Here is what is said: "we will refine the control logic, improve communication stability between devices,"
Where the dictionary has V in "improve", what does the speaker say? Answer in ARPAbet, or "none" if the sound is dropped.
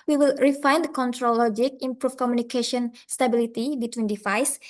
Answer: F